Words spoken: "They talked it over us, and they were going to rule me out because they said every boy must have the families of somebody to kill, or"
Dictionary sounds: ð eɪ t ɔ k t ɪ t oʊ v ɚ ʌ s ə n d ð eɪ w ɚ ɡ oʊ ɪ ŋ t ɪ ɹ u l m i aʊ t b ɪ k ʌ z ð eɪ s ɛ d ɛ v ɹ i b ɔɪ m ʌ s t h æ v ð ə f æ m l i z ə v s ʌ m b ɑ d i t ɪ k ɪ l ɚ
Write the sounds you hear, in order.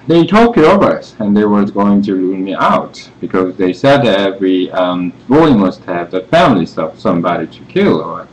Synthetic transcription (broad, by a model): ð eɪ t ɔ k ɪ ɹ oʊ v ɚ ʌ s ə n ð eɪ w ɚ ɡ oʊ ɪ ŋ t ɪ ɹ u n m i aʊ t b ɪ k ʌ z ð eɪ s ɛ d ɛ v ɹ i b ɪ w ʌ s t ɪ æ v ð ə f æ m l i s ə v s ʌ m b ɑ d i t ɪ k ɪ l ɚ